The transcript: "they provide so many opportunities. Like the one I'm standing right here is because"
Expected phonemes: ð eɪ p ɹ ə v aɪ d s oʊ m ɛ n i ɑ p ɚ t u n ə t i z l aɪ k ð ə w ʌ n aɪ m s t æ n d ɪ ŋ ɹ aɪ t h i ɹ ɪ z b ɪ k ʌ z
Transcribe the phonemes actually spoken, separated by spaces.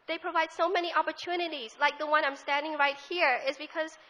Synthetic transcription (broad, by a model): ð eɪ p ɹ ə v aɪ d s oʊ m ɛ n i ɑ p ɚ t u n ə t i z l aɪ k ð ə w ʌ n aɪ m s t æ n d ɪ ŋ ɹ aɪ t h i ɹ ɪ z b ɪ k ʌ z